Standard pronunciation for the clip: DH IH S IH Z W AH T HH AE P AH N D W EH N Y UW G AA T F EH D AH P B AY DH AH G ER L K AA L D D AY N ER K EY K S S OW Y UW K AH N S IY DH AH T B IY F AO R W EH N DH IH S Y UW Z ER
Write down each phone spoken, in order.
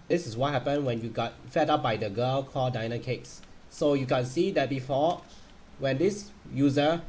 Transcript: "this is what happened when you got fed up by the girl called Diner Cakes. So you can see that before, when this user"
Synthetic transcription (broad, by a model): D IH S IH S W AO T HH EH P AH N W EH N Y UW G AA T F EH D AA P B AY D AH G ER L K AA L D D AY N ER K EY K S S OW Y UW K AH N S IY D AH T B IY F AO W EH N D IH S Y UW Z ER